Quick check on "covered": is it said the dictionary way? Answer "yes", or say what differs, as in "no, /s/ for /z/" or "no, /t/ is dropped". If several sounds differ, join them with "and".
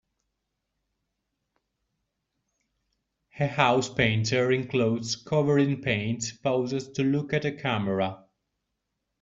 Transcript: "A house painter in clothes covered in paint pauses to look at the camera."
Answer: no, /d/ is dropped